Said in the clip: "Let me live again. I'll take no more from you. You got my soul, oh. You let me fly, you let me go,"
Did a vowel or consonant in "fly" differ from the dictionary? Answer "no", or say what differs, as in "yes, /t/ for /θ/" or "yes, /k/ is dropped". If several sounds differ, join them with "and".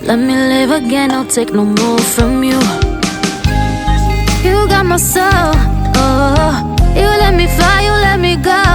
yes, /l/ is dropped